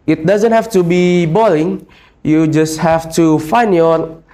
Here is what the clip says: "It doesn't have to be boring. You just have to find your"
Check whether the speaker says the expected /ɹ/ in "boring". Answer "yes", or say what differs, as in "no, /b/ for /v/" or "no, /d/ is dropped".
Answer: no, /l/ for /ɹ/